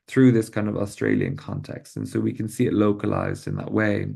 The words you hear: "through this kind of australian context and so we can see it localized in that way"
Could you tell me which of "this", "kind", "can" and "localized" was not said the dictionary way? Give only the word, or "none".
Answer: none